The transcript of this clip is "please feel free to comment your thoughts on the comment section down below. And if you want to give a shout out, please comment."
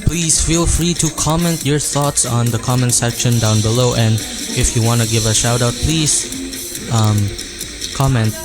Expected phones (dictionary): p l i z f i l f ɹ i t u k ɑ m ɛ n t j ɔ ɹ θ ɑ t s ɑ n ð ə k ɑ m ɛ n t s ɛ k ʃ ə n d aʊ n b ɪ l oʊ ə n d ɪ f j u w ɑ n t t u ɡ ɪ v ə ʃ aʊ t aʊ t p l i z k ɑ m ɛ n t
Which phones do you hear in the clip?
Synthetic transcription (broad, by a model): p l i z f i l f ɹ i t u k ɑ m ɛ n t j ɔ ɹ θ ɑ t s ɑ n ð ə k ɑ m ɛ n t s ɛ k ʃ ə n d aʊ n b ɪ l oʊ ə n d ɪ f j u w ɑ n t t u ɡ ɪ v ə ʃ aʊ t aʊ t p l i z k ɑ m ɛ n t